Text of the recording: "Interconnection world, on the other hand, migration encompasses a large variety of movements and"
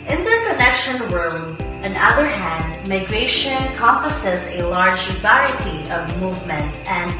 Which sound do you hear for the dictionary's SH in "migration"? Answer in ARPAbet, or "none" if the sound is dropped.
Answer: none